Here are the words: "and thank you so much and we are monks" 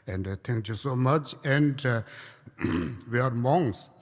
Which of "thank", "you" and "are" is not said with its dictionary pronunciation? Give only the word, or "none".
thank